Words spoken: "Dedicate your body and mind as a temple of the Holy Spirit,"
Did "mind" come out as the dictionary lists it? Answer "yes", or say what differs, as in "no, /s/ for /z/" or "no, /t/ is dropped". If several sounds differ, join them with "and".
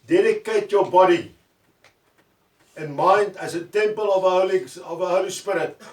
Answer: yes